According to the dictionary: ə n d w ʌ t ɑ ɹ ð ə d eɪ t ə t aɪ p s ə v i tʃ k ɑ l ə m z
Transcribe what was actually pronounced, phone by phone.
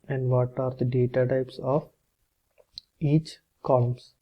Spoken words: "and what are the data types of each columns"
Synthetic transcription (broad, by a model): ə n d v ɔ t ɑ ɹ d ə d eɪ t ə t aɪ p s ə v i tʃ k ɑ l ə m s